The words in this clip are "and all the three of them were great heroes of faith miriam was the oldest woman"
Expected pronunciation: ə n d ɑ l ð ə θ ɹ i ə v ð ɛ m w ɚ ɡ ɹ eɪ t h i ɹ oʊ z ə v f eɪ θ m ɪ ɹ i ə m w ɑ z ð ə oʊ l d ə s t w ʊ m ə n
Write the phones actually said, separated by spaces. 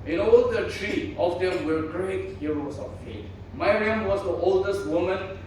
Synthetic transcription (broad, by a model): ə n ɑ l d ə t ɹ i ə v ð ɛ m w ɚ ɡ ɹ eɪ t h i ɹ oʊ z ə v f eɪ t m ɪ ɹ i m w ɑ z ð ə oʊ l d ə s t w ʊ m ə n